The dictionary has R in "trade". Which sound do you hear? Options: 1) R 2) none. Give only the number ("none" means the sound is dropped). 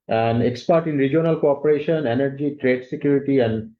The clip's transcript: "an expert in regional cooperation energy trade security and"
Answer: 1